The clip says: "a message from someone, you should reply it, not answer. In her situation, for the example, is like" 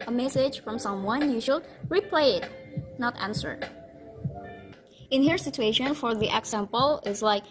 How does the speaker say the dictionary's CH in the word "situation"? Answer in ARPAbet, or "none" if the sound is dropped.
CH